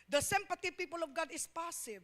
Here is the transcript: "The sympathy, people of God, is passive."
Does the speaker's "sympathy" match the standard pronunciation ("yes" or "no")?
no